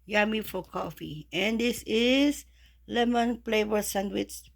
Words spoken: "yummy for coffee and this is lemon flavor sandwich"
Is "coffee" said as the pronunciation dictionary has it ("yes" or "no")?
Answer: yes